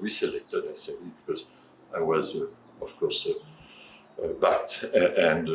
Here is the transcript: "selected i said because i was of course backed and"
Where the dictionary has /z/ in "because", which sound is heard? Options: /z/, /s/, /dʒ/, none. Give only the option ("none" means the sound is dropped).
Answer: /z/